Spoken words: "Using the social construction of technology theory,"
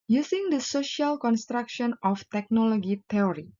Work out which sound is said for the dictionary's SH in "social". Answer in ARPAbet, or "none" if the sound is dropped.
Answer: SH